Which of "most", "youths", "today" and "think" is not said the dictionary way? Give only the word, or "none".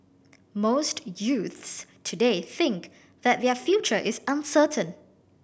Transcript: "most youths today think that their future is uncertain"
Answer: none